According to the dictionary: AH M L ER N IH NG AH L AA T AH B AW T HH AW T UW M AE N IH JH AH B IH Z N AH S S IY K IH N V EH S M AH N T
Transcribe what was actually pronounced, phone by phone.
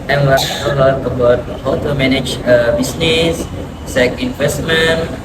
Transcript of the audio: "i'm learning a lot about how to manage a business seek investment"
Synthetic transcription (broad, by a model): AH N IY IH AH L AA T AH B AW T HH AW T UW M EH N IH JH AH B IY S N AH S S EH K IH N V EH S M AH N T